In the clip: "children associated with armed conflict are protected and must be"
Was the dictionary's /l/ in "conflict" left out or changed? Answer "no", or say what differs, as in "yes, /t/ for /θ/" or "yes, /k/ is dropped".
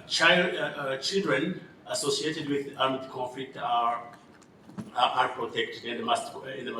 yes, /l/ is dropped